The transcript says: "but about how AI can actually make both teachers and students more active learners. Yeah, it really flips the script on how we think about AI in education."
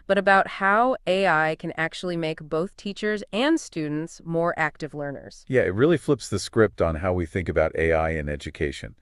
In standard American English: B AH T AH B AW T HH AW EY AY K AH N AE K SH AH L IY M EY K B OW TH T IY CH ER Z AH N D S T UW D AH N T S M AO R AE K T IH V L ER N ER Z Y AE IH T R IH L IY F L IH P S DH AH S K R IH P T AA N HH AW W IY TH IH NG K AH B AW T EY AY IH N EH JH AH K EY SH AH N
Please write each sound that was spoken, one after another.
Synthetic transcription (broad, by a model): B AH T AH B AW T HH AW EY AY K AH N AE K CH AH L IY M EY K B OW TH T IY CH ER Z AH N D S T UW D N T S M AO R AE K T IH V L ER N ER Z Y AE IH T R IH L IY F L IH P S DH AH S K R IH P T N HH AW W IY TH IH NG K AH B AW T EY AY IH N EH JH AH K EY SH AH N